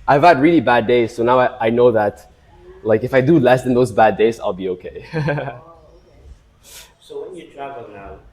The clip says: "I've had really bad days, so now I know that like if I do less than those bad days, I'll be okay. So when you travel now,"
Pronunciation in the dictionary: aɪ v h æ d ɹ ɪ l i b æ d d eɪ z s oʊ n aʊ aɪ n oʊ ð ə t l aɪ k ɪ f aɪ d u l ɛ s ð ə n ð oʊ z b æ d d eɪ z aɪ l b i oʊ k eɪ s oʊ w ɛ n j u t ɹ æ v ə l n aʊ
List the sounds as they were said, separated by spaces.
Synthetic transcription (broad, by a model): aɪ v h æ d ɹ ɪ l i b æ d d eɪ z s oʊ n aʊ aɪ n oʊ ð ə t l aɪ k ɪ f aɪ d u l ɛ s ð ə n ð oʊ z b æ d d eɪ z aɪ l b i oʊ k eɪ s oʊ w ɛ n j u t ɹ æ v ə l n aʊ